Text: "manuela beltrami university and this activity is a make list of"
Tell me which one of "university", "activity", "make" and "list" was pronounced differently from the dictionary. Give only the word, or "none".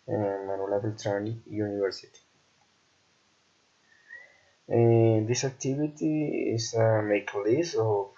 list